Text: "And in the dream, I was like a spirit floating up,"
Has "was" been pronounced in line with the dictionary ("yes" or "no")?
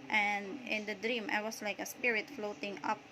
no